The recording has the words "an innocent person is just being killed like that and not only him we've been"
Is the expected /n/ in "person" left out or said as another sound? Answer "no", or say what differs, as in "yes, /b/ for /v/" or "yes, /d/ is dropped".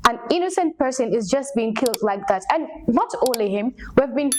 no